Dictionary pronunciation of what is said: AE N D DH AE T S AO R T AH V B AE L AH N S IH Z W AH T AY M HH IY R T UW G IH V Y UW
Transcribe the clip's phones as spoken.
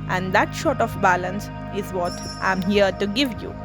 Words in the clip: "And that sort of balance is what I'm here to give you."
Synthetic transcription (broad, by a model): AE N D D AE T SH AO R T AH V B AE L AH N S IH Z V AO T AY M HH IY R T UW G IH V Y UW